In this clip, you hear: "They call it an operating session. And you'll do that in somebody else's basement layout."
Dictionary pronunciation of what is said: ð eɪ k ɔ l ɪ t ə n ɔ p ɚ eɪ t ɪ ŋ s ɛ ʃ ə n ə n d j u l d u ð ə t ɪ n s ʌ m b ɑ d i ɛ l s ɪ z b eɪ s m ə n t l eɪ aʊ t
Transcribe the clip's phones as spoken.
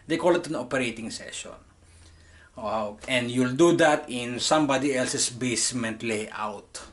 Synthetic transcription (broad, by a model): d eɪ k ɔ l ɪ t ə n ɔ p ɚ eɪ t ɪ ŋ s ɛ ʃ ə n ə n d j u l d u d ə t ɪ n s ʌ m b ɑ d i ɛ l s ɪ s b eɪ s m ə n t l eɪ aʊ t